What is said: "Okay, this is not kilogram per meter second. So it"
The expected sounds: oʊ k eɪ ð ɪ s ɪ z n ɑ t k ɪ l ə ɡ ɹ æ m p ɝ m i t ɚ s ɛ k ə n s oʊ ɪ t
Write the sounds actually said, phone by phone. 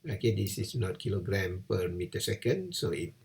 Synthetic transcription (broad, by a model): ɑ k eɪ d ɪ s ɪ s n ɑ t k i l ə ɡ ɹ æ m p ɝ m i t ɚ s ɛ k ə n s oʊ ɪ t